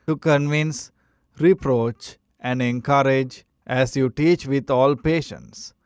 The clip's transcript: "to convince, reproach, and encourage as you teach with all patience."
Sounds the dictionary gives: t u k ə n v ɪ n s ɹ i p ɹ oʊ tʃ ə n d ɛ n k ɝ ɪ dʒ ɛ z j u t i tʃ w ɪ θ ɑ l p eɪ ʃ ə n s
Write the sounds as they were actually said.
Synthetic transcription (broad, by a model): t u k ə n v ɪ n s ɹ i p ɹ oʊ tʃ ə n d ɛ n k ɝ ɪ dʒ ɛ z j u t i tʃ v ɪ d ɑ l p eɪ ʃ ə n s